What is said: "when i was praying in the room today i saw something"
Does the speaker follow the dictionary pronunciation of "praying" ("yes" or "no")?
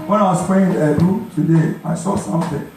no